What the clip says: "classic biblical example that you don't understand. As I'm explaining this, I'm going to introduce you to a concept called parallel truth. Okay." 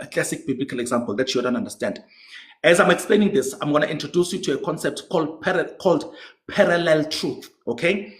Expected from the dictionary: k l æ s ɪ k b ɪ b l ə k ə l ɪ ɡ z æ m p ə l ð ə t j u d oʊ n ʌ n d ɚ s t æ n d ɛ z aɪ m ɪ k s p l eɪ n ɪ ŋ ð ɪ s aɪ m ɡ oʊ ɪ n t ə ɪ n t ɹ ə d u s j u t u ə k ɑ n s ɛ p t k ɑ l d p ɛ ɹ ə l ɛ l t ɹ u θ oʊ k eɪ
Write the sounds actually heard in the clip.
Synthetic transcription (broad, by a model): k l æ s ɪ k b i b l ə k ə l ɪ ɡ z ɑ m p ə l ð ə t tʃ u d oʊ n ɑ n d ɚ s t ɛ n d ɛ z aɪ m ɪ k s p l eɪ n ɪ ŋ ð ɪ s aɪ m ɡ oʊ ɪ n t ə n t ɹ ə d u s j u t u ə k ɑ n s ɛ p t k ɑ l d p ɛ ɹ ə l ɛ l t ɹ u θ oʊ k eɪ